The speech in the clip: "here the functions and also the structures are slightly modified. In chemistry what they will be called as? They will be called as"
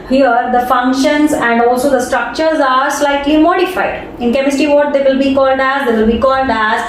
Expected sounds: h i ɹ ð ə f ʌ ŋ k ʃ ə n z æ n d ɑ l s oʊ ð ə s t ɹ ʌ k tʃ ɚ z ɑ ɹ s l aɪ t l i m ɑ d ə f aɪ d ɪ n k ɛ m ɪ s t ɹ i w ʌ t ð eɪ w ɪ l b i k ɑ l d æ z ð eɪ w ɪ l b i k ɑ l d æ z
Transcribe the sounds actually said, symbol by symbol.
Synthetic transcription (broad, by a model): h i ɹ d ə f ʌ ŋ k ʃ ə n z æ n d ɑ l s oʊ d ə s t ɹ ʌ k tʃ ɚ z ɑ ɹ s l aɪ t l i m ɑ d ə f aɪ d ɪ n k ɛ m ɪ s t i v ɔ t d eɪ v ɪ l b i k ɑ l d æ z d eɪ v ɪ l b i k ɑ l d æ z